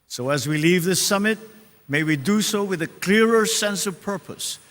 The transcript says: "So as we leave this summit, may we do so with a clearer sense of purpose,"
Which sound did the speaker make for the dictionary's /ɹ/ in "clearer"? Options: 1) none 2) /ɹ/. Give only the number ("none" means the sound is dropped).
2